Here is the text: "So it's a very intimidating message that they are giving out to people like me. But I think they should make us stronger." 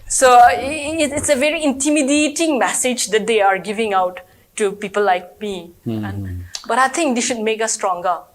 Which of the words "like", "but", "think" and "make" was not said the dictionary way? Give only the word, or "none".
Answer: think